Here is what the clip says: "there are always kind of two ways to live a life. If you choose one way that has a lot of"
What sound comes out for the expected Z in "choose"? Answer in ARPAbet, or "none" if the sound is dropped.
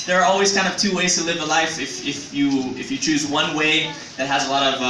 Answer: Z